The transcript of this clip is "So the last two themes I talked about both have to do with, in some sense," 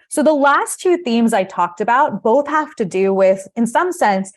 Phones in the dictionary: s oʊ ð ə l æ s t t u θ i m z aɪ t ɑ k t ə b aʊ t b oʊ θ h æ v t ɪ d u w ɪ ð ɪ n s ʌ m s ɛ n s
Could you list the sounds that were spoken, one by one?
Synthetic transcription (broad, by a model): s oʊ ð ə l æ s t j u θ i m z aɪ t ɑ k t ə b aʊ t b oʊ θ h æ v t ɪ d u w ɪ ð ɪ n s ʌ m s ɛ n s